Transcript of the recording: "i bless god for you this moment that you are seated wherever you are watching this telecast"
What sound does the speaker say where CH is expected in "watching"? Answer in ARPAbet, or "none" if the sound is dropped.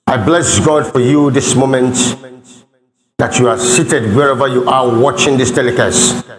CH